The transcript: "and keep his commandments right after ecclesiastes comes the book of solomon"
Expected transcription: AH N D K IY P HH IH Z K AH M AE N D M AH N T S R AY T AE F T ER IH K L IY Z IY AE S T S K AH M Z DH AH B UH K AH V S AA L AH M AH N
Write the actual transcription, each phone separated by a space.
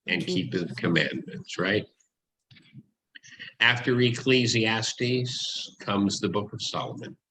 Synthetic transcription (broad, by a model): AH N K IY P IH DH K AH M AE N M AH N T S R AY T AE F T ER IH K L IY Z IY AE S T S K AH M Z DH AH B UH K AH V S AA L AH M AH N